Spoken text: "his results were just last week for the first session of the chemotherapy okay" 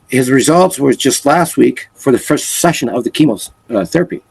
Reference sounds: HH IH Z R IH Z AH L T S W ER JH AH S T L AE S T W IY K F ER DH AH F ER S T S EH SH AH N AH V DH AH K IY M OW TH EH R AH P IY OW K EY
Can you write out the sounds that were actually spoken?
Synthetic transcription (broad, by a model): HH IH Z R IH Z AH L T S W ER JH AH S T L AE S T W IY K F ER DH AH F ER S T S EH SH AH N AH V DH AH K IY M OW TH EH R AH P IY